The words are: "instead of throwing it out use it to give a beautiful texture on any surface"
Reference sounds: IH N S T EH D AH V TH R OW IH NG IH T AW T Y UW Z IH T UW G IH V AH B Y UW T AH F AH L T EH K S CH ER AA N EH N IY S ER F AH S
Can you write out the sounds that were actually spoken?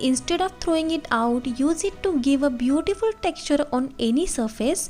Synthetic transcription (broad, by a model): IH N S T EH D AH V T R OW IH NG IH T AW T Y UW Z IH T UW G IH V AH B Y UW T AH F AH L T EH K S CH ER AA N EH N IY S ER F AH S